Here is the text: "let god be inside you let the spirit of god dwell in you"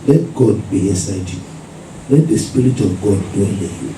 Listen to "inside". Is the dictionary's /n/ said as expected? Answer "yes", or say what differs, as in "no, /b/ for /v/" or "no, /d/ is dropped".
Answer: no, /n/ is dropped